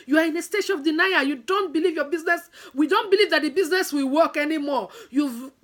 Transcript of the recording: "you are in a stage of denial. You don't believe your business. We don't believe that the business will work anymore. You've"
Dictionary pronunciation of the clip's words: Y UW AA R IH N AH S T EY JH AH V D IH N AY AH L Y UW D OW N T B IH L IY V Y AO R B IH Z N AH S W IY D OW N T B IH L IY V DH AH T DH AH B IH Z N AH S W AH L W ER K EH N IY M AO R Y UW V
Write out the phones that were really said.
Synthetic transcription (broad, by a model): Y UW AA R IH N AH S T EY SH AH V D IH N AY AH Y UW D OW N T B IH L IY V Y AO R B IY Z N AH S W IY D OW N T B IH L IY V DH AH T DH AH B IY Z N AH S W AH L W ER K EH N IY M AO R Y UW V